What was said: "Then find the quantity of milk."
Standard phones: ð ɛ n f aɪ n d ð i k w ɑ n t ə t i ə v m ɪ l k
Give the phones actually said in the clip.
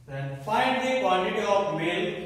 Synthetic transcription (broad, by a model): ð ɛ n f aɪ n d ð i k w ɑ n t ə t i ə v m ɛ l